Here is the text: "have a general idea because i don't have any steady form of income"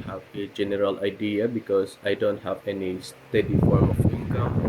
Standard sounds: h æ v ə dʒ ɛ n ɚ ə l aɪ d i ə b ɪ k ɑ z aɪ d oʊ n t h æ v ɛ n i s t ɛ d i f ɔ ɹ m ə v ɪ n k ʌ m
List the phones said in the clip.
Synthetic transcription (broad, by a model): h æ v ə dʒ ɛ n ɚ ə l aɪ d i ə b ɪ k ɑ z aɪ d oʊ n t h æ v ɛ n i s t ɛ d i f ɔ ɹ ə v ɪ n k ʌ m